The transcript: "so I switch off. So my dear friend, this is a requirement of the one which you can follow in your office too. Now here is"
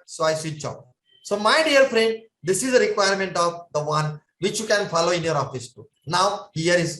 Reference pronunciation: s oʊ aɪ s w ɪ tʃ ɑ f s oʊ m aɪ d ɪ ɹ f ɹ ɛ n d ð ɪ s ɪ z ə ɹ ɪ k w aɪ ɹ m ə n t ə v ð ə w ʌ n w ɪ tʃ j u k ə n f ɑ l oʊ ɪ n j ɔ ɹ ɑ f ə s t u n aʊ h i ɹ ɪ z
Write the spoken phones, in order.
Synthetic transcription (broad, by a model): s oʊ aɪ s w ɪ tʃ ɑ p s oʊ m aɪ d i ɹ f ɹ ɛ n d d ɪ s ɪ z ə ɹ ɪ k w aɪ ɹ m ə n t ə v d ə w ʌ n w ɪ tʃ j u k ə n f ɑ l oʊ ɪ n j ɔ ɹ ɑ f ə s t u n aʊ h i ɹ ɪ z